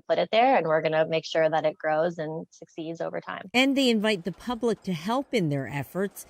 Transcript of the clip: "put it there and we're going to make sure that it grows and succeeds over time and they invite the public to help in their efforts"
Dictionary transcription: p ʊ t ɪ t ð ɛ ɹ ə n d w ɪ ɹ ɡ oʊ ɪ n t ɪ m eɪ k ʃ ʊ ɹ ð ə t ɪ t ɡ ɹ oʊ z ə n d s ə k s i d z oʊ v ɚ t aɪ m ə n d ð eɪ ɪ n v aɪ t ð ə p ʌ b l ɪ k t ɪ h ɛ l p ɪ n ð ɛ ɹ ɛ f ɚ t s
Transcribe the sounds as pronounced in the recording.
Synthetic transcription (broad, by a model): p ʊ t ɪ t ð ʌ ɹ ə n w ɪ ɹ ɡ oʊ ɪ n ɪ m eɪ k ʃ ʊ ɹ ð ə t ɪ t ɡ ɹ oʊ z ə n s ə k s i d z oʊ v ɚ t aɪ m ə n ð eɪ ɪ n v aɪ t ð ə p ʌ b l ɪ k t ɪ h ɛ l p ɪ n ð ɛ ɹ ɛ f ɚ t s